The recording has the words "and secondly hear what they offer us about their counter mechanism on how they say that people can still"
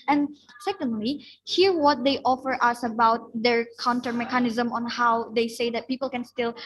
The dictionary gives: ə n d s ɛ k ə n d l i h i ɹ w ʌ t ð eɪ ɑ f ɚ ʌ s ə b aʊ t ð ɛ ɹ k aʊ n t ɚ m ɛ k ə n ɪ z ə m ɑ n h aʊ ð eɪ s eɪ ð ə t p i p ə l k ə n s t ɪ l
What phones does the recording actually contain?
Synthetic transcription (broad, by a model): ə n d s ɛ k ə n d l i h i ɹ w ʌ t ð eɪ ɑ f ɚ ʌ s ə b aʊ t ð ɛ ɹ k aʊ n t ɚ m ɛ k ə n ɪ z ə m ɑ n h aʊ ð eɪ s eɪ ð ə t p i p ə l k ə n s t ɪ l